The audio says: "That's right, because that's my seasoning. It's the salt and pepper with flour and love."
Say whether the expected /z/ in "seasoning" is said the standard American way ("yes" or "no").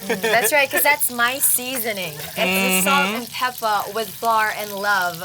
yes